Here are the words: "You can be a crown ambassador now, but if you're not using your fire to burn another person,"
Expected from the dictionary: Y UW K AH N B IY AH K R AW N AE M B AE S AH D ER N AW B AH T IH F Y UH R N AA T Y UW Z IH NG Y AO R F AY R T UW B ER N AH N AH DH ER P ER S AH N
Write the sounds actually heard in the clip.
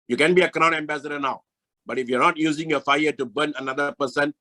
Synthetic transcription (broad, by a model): Y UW K AH N B IY AH K R AW N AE M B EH S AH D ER N AW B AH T IH F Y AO N AA T Y UW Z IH NG Y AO F AY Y T UW B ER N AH N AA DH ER P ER S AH N